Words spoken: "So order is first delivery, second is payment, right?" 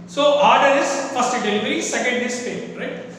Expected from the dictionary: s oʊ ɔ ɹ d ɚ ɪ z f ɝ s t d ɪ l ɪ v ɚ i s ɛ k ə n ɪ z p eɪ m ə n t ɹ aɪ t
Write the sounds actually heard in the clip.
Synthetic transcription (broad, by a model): s oʊ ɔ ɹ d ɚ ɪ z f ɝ s t d ɪ l ɪ v ɚ i s ɛ k ə n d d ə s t ɹ aɪ t